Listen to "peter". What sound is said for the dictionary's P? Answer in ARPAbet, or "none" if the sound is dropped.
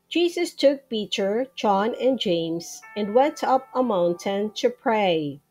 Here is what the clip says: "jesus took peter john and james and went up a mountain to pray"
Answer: B